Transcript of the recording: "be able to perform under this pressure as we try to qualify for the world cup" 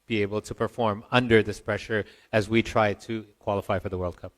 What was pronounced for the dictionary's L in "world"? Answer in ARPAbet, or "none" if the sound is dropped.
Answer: L